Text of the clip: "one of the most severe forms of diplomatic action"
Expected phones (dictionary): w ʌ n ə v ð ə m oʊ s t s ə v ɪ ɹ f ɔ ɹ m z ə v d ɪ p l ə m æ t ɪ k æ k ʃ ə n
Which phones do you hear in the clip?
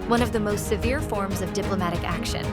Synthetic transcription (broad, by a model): w ʌ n ə v ð ə m oʊ s t s ə v ɪ ɹ f ɔ ɹ m z ə v d ɪ p l ə m æ t ɪ k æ k ʃ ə n